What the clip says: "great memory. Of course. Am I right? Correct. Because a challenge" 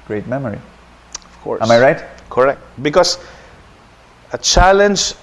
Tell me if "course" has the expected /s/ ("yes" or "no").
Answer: no